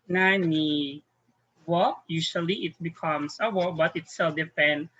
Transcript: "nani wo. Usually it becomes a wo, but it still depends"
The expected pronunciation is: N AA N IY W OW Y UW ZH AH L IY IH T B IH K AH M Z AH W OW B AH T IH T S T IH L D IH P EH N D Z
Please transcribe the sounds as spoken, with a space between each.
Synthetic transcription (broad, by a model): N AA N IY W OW Y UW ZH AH L IY IH T B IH K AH M S AH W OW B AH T IH T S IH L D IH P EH N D